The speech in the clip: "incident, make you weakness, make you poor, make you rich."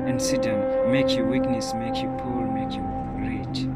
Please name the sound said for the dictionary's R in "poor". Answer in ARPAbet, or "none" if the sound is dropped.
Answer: L